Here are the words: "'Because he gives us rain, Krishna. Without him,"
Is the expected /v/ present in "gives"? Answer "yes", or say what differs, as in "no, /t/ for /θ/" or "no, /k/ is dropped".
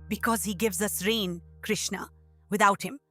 yes